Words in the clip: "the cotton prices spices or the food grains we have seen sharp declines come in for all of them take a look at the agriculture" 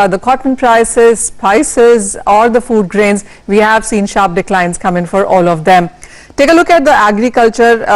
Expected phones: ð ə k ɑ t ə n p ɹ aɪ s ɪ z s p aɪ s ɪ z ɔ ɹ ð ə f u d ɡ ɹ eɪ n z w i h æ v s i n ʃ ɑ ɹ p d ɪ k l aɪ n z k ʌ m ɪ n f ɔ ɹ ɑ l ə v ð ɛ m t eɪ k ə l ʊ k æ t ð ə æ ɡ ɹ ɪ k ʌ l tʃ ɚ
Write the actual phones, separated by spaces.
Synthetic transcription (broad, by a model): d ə k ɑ t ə n p ɹ aɪ s ɪ z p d aɪ s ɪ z ɔ ɹ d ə f u d ɡ ɹ eɪ n z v i h æ v s i n ʃ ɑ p d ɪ k l aɪ n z k ʌ m ɪ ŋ f ɔ ɹ ɑ l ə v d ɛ m t eɪ k ə l ʊ k æ t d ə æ ɡ ɹ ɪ k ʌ l tʃ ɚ